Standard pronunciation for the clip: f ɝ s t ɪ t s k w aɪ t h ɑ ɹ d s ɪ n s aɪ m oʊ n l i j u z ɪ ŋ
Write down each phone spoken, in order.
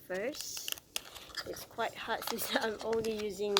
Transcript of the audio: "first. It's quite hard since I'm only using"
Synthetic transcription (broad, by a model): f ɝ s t ɪ t s k w aɪ t h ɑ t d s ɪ s aɪ m oʊ n l i j u z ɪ ŋ